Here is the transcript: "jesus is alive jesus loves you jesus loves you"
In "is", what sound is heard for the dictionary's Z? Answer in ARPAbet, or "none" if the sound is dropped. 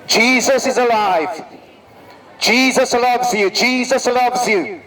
Z